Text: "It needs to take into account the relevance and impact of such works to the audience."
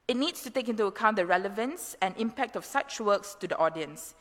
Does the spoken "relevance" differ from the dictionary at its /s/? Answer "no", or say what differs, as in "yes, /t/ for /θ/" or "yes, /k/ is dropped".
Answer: no